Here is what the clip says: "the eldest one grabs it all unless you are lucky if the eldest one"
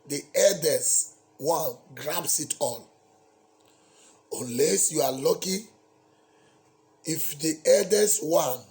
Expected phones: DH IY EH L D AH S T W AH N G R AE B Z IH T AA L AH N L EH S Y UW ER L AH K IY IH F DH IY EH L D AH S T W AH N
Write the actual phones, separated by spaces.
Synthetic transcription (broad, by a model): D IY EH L D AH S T W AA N G R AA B S IH T AA L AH L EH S Y UW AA L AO K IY IH F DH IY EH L D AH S W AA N